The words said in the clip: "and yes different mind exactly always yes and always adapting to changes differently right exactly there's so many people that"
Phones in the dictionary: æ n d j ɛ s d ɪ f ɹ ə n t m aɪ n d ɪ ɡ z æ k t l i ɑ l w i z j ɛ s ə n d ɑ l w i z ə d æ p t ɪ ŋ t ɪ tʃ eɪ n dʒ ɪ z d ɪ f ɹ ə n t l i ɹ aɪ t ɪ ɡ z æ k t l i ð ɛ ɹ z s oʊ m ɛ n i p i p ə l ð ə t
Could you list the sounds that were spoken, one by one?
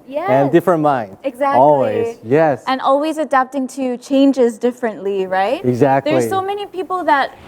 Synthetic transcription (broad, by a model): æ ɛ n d ɪ f ɹ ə n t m aɪ n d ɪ ɡ z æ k ɑ l w i z j ɛ s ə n ɑ l w i z ə d æ p t ɪ ŋ t ɪ tʃ eɪ n dʒ ɪ z d ɪ f ɹ ə n t l i ɹ aɪ t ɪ ɡ z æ k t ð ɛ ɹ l s oʊ m ɛ n i p i p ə l ð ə t